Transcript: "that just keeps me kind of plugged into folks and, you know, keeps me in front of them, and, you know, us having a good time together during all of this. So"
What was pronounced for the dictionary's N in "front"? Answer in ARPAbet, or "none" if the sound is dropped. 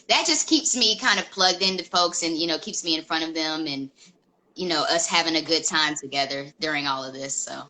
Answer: none